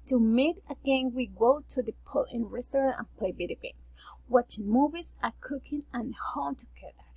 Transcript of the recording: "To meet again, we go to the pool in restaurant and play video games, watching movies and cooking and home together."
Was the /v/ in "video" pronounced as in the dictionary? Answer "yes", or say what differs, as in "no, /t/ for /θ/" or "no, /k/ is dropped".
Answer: no, /b/ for /v/